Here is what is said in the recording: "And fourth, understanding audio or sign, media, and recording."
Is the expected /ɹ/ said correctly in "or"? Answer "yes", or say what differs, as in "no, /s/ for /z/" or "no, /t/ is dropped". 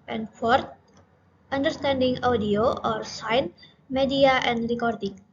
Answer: yes